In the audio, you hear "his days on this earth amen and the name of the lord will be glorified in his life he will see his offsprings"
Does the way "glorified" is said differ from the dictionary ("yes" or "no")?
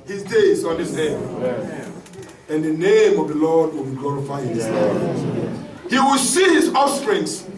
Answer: yes